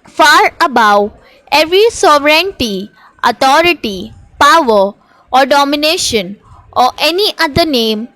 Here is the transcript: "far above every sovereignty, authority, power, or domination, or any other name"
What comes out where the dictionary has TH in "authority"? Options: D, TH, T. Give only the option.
T